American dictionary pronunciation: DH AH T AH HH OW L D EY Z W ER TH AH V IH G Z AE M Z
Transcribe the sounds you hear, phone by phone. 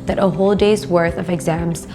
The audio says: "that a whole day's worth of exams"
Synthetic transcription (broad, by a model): DH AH T AH HH OW L D EY Z W ER TH AH V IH G Z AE M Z